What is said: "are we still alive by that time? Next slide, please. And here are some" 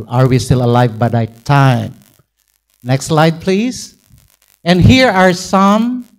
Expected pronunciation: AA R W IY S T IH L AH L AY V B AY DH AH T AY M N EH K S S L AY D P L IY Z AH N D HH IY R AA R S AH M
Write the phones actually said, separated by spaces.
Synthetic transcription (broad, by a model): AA R W IY S T IH L AH L AY V B AY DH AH T AY M N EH K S S L AY D P L IY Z AH N D HH IY R AA R S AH M